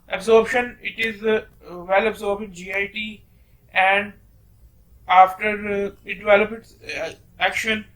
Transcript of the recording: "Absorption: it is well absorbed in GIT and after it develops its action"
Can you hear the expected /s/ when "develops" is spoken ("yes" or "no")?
no